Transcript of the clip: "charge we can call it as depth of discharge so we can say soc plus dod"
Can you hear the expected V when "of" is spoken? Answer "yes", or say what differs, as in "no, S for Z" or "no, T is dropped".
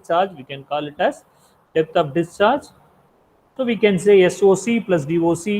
no, P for V